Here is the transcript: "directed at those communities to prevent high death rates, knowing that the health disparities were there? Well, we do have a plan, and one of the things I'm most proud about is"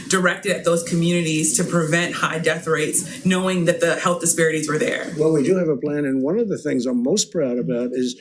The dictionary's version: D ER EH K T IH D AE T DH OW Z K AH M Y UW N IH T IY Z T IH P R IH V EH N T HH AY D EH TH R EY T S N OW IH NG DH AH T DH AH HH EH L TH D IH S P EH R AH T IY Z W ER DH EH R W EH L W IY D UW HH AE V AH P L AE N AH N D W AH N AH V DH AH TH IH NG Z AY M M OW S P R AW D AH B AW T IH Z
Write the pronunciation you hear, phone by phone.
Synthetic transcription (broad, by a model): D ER EH K T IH D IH T DH OW Z K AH M Y UW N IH T IY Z T IH P R IH V EH N T HH AY D EH TH R EY T S N OW IH NG DH AH T DH AH HH EH L TH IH S P EH R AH T IY Z W ER DH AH R W EH L W IY D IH V AH P L AE N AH N W AH N AH V DH AH TH IH NG Z AY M M OW S P R AW D AH B AW T IH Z